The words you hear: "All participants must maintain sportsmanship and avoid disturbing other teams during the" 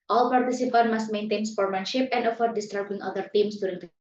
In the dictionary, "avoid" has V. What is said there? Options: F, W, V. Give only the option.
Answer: F